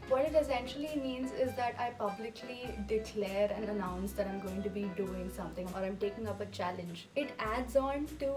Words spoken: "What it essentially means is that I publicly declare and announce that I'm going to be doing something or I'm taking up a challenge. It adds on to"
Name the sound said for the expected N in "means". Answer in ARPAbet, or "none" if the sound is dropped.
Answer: N